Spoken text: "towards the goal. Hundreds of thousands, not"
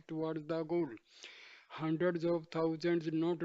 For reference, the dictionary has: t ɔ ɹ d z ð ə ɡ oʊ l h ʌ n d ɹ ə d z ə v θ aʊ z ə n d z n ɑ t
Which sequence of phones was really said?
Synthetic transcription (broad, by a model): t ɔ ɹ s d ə ɡ oʊ l h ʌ n d ɹ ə d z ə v t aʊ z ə n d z n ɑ t